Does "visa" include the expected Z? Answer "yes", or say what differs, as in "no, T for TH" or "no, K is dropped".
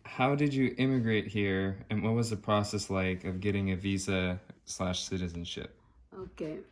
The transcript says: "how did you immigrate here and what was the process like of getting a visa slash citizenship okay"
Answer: yes